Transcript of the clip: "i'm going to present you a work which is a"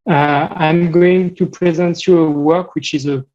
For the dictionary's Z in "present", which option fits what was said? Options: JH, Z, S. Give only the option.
Z